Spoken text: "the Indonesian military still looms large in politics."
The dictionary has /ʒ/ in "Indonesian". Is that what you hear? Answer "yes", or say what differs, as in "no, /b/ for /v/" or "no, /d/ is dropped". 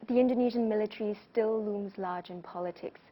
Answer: yes